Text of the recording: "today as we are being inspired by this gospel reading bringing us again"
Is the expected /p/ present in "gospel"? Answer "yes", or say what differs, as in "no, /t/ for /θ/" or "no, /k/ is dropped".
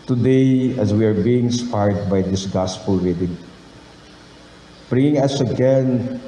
yes